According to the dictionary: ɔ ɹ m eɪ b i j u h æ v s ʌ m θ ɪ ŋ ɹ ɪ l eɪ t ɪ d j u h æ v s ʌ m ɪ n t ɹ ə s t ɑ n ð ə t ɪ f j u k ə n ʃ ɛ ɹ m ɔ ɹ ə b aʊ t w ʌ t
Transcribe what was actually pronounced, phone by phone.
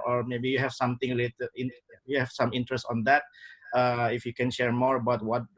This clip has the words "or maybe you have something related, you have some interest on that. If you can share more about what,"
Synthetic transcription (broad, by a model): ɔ ɹ m eɪ b i j u h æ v s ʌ m t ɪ ŋ l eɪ t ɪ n j u h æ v s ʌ m ɪ n t ɹ ə s t ɑ n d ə t ɪ f j u k ə n ʃ ɛ ɹ m ɔ ɹ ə b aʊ t w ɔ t